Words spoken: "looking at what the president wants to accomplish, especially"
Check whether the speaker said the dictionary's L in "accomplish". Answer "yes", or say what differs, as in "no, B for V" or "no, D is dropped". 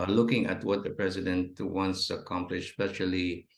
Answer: yes